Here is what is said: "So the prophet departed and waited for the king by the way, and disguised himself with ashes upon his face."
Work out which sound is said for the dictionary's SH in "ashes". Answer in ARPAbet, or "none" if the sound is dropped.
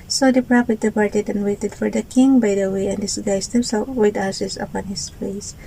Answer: S